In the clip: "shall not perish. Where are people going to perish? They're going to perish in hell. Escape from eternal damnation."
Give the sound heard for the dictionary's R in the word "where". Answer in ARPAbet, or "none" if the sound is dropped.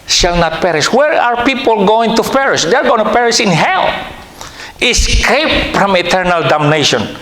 R